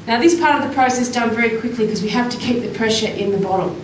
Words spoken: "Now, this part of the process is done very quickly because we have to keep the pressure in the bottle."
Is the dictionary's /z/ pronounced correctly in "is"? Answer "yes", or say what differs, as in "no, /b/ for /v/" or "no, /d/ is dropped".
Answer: no, /s/ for /z/